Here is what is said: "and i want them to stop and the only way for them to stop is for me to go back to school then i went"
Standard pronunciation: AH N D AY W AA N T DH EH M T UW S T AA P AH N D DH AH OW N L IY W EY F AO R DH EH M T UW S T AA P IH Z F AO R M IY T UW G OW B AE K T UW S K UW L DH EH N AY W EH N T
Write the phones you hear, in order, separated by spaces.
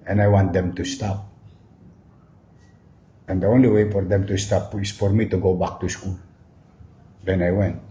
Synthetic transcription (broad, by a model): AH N AY W AA N T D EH M T UW S T AA P AH N D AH OW N L IY W EY F AO R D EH M T UW S T AA P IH S F AO R M IY T UW G OW B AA K T UW S K UW L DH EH N AY W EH N T